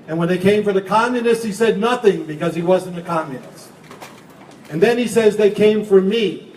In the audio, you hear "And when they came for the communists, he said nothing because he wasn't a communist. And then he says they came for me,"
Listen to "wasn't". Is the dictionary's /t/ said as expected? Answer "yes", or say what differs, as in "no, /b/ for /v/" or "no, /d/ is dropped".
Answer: no, /t/ is dropped